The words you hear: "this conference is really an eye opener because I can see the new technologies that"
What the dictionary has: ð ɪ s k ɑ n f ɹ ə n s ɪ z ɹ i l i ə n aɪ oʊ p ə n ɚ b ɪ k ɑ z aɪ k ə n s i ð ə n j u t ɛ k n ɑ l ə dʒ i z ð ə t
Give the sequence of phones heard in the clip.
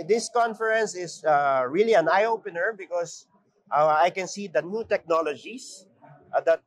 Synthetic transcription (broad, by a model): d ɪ s k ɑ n f ɹ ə n s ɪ s ɹ i l i ə n aɪ oʊ p ə n ɚ b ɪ k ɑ s aɪ k ə n s i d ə n j u t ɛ k n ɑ l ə dʒ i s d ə t